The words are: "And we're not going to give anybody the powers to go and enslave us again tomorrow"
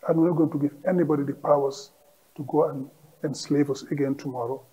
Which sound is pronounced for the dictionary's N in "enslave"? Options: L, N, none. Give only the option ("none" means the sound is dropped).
N